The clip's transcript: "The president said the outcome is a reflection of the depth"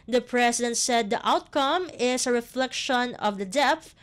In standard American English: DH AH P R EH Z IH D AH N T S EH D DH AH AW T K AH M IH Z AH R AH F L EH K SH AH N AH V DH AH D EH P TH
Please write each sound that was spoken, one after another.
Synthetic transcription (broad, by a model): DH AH P R EH S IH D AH N T S EH D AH AW T K AH M IH S AH R AH F L EH K SH AH N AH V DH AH D EH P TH